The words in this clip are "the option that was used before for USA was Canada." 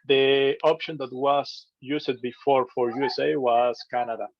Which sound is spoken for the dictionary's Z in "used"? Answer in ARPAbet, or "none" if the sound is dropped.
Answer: S